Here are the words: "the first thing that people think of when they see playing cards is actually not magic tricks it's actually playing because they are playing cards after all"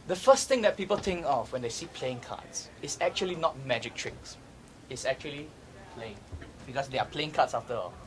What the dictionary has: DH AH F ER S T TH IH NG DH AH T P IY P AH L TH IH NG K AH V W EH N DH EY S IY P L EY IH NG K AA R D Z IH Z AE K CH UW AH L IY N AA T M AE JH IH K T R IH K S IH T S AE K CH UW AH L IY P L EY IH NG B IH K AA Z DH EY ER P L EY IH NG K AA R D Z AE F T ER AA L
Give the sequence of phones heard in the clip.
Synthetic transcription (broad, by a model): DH AH F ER S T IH NG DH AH T P IY P AH L T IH NG K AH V W EH N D EY S IY P L EY IH NG K AA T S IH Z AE K CH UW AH L IY N AA T M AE JH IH K T R IH K S IH T S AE K CH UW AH L IY P L EY IH NG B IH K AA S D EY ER P L EY IH NG K AA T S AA F T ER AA L